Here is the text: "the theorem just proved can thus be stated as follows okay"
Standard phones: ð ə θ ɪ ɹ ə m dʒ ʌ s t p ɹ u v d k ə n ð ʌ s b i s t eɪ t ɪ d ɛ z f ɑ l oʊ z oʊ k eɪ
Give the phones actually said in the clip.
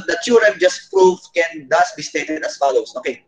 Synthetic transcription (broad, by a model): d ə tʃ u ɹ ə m dʒ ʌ s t p ɹ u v k ə n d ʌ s b i s t eɪ t ɪ d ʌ s f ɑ l oʊ s oʊ k eɪ